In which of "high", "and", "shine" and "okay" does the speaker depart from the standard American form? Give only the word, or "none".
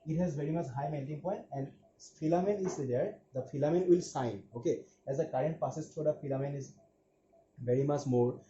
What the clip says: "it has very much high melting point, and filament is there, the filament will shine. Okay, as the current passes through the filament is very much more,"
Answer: shine